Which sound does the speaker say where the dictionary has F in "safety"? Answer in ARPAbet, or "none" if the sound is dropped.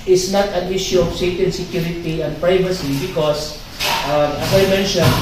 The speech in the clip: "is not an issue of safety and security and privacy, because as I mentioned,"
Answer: none